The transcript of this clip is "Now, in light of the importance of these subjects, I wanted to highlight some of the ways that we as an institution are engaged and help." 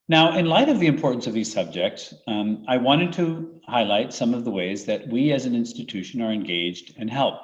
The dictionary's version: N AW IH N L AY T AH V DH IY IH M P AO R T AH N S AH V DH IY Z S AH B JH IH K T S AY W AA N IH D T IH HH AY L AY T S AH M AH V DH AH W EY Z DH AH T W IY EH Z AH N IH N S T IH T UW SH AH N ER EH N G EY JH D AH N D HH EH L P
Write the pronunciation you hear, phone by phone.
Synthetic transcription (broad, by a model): N AW IH N L AY T AH V DH IY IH M P AO R T N S AH V DH IY Z S AH B JH IH K T S AY W AA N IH D T IH HH AY L AY T S AH M AH V DH AH W EY Z DH AH T W IY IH Z AH N IH N S T IH T UW SH AH N ER EH N G EY JH D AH N HH EH L P